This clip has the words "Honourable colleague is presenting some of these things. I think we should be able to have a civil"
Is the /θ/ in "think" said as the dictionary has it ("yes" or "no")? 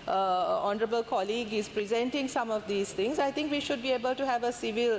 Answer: no